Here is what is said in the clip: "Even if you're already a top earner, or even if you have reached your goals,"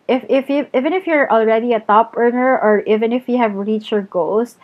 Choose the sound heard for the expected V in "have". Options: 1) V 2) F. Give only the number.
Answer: 1